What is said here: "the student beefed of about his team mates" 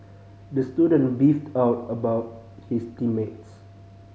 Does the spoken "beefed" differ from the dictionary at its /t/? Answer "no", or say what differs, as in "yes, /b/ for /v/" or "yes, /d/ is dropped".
no